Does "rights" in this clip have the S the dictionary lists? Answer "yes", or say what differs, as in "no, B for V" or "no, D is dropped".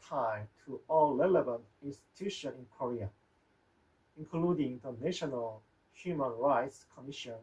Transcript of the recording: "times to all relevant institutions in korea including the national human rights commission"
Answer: yes